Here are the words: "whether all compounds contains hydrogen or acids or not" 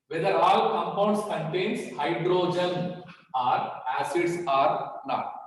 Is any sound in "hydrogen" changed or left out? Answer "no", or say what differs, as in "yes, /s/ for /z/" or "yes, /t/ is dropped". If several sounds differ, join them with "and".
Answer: no